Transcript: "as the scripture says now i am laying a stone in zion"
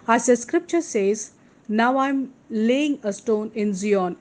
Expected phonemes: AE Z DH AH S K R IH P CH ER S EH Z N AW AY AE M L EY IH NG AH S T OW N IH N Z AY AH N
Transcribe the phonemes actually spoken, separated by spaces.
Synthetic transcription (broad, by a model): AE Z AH S K R IH P CH ER S EH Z N AW AY M L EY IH NG AH S T OW N IH N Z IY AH N